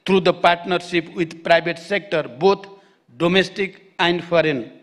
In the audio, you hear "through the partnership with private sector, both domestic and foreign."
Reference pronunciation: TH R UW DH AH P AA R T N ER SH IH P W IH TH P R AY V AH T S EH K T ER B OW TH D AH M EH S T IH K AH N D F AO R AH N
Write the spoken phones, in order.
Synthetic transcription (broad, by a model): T R UW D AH P AA R T N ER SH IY P W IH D P R AY B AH T S EH K T ER B OW T D AH M EH S T IH K AH N D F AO R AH N